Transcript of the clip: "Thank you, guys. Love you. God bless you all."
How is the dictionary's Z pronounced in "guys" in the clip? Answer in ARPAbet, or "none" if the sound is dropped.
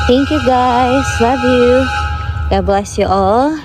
S